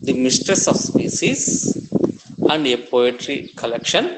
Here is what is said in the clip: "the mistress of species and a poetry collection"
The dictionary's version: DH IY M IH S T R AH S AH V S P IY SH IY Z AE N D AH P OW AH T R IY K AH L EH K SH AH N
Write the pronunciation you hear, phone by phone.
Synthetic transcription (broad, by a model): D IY M IH S T R AH S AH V S P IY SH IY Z AE N D AH P OW AH T R IY K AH L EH K SH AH N